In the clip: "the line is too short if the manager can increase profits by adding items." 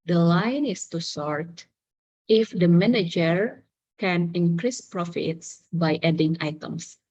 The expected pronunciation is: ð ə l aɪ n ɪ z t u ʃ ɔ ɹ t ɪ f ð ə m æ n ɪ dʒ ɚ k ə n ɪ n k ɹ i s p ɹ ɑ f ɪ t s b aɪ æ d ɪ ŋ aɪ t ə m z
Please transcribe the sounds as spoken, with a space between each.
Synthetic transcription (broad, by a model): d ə l aɪ n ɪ s t u s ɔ ɹ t ɪ f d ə m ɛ n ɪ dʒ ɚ k ə n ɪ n k ɹ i s p ɹ ɑ f ɪ t s b aɪ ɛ d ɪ ŋ aɪ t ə m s